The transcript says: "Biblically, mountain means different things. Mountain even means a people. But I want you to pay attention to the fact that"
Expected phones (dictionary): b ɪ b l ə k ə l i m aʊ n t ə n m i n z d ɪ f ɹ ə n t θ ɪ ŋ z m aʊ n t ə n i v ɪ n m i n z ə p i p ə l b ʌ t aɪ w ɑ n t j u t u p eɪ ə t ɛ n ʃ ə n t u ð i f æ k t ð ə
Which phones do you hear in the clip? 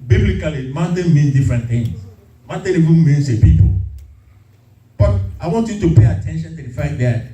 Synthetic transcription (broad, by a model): b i b l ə k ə l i m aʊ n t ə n m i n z d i f ɹ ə n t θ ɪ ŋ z m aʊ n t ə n i v ɪ n m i n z ə p i p ə l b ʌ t aɪ w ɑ n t j u t u p eɪ ə t ɛ n ʃ ə n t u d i f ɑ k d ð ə